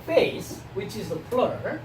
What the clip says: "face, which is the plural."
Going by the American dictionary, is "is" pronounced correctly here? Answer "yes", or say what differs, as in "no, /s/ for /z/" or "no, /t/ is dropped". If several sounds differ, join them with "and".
yes